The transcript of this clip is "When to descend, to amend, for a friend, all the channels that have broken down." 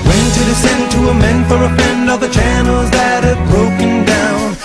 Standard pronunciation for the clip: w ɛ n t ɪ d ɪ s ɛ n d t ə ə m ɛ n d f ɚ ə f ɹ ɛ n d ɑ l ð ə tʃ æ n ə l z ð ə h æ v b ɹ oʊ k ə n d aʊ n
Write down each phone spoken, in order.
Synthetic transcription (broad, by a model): w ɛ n t ɪ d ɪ s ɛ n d t ə ə m ɛ n d f ɚ ə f ɛ n d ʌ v ð ə tʃ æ n l z ð ə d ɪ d b ɹ oʊ k ə n d aʊ n